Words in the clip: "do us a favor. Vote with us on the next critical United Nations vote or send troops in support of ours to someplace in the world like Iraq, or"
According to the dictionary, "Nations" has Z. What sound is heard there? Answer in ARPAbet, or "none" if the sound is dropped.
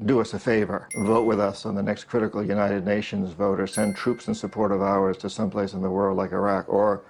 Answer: Z